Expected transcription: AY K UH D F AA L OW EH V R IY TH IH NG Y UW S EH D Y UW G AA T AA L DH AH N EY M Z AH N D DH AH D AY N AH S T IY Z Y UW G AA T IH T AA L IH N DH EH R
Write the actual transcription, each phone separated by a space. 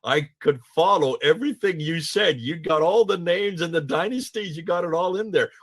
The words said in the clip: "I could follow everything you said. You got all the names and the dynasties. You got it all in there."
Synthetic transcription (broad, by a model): AY K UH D F AA L OW EH V R IY TH IH NG Y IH S EH D Y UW G AA T AA L DH AH N EY M Z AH N DH AH D AY N AH S T IY Z Y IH G AA T IH T AA L IH N DH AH R